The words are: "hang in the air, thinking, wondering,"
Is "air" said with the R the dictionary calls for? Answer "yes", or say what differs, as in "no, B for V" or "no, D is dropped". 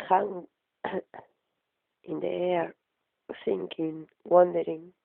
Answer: yes